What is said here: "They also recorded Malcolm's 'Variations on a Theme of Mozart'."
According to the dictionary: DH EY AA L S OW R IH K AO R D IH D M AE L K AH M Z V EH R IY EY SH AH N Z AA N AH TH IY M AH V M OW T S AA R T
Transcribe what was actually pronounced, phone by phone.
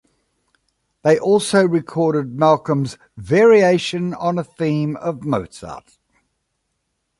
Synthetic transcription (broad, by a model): DH EY AA L S OW R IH K AO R D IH D M AE L K AH M Z V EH R IY EY SH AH N AH N AH TH IY M AH V M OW T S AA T